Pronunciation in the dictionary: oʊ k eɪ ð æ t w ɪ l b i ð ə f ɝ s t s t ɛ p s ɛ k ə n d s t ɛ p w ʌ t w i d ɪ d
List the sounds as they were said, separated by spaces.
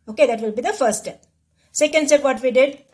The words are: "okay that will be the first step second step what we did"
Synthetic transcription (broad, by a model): oʊ k eɪ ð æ t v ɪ l b i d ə f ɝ t s t ɛ p s ɛ k ə n d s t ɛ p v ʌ t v i d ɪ d